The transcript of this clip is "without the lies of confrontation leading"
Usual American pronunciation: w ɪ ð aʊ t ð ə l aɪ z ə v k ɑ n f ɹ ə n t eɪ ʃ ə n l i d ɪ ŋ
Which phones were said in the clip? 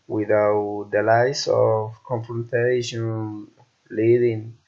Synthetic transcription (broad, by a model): w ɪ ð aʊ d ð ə l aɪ s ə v k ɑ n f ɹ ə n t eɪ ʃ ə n l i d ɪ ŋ